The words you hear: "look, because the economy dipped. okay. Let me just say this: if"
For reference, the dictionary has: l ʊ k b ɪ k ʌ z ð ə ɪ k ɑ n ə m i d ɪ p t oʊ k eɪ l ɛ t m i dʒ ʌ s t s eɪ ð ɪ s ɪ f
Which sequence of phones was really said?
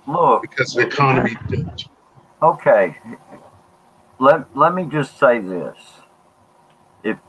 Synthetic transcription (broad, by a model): l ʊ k b ɪ k ʌ z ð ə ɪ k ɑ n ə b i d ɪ t oʊ k eɪ l ɛ t m i dʒ ʌ s t s eɪ ð ɪ s ɪ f